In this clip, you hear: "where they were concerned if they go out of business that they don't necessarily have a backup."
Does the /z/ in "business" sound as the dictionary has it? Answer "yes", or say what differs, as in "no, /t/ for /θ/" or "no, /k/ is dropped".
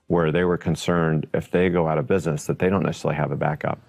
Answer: yes